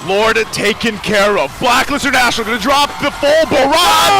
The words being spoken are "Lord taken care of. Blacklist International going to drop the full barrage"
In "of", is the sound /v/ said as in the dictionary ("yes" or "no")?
yes